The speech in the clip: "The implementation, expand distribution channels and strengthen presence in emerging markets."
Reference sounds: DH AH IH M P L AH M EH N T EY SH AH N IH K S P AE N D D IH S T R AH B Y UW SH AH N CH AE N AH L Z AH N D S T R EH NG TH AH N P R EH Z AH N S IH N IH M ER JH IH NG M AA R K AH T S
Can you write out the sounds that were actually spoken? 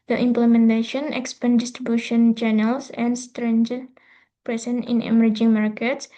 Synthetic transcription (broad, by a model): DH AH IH M P L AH M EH N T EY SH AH N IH K S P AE N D D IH S T R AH B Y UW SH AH N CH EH N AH L S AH N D S T R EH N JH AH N P R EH S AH N IH N IH M ER JH IH NG M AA R K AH T S